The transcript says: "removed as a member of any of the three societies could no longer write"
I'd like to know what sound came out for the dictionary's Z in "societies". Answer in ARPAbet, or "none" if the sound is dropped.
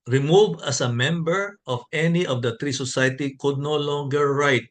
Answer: none